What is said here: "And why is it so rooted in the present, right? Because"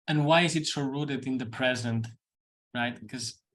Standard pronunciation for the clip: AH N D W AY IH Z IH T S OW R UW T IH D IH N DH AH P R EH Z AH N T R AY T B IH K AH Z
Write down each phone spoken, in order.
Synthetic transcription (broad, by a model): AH N W AY IH Z IH T S OW R UW T IH D IH N DH AH P R EH Z AH N T R AY T K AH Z